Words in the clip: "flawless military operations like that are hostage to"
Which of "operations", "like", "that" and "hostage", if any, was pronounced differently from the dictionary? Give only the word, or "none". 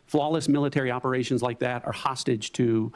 none